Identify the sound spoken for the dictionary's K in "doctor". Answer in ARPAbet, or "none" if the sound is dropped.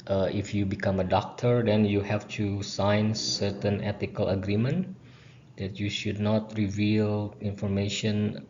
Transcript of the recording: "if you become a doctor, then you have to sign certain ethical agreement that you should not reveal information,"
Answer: K